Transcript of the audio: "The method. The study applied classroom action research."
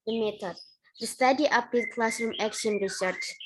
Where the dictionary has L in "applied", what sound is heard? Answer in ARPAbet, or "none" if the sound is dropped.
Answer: none